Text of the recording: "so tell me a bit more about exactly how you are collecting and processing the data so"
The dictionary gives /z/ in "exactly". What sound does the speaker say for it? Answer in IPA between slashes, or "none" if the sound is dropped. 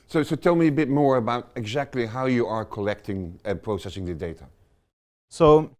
/z/